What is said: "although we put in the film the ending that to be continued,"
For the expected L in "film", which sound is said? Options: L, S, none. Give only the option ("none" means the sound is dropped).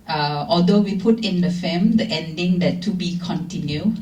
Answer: none